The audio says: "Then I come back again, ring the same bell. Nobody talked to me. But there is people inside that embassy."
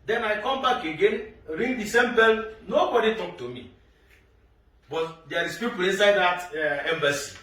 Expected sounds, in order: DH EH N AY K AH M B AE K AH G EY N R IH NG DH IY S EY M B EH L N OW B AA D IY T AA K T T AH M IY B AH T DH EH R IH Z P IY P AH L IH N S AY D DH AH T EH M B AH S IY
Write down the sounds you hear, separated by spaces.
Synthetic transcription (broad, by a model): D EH N AY K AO M B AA K AH G EY N R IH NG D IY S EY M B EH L N OW B AA D IY T AA K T T AH M IY B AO T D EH R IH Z P IY P AH L IH N S AY D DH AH T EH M B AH S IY